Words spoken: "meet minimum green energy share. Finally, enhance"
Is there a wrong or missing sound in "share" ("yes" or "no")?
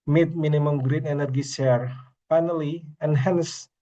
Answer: yes